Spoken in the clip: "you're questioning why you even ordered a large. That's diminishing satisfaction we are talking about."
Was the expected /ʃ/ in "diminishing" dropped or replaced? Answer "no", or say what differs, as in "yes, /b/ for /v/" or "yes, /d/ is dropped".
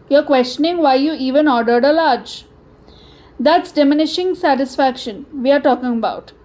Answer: no